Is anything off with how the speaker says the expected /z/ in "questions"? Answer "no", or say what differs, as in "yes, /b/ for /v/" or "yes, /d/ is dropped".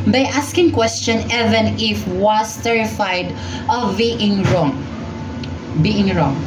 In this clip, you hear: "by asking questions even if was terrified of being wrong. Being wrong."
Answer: yes, /z/ is dropped